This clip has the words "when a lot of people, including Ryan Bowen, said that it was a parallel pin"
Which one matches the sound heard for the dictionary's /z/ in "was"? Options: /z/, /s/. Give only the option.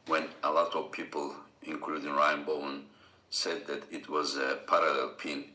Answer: /z/